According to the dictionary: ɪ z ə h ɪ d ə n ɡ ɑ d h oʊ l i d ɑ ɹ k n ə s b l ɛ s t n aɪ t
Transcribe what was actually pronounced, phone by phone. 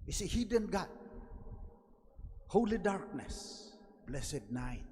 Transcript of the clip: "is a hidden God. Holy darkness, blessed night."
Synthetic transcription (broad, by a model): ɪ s ə h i d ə n ɡ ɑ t h oʊ l i d ɑ ɹ k n ə s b l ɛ s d n aɪ t